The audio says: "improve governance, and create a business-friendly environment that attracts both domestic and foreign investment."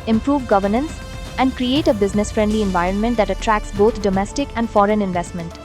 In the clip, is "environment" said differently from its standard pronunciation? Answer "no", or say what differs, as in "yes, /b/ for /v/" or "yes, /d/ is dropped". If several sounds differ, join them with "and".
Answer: no